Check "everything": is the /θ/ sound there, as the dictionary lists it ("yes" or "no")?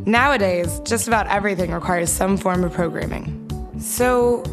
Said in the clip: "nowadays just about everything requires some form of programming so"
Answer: yes